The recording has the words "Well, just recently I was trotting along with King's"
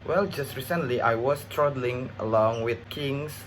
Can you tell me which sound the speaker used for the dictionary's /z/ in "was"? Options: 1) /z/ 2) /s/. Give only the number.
2